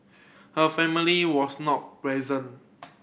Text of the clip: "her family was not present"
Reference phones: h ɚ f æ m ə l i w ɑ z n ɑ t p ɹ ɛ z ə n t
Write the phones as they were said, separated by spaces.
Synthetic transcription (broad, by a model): h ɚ f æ m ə l i w ɑ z n ɑ t p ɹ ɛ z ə n